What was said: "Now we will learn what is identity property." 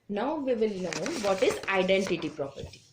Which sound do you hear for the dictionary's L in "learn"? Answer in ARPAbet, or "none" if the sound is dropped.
N